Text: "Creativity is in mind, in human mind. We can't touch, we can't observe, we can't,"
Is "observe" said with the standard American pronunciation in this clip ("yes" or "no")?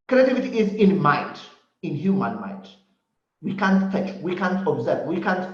yes